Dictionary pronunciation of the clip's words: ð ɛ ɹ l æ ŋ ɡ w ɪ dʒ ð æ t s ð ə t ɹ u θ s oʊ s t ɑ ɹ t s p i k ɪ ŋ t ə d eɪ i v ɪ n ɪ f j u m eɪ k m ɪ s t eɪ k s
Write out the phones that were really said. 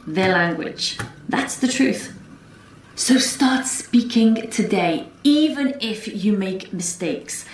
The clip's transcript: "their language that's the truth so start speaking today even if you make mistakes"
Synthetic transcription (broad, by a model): ð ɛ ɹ l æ ŋ ɡ w ɪ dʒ ð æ t s ð ə t ɹ u θ s oʊ s t ɑ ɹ t s p i k ɪ ŋ t ə d eɪ i v ɪ n ɪ f j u m eɪ k m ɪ s t eɪ k s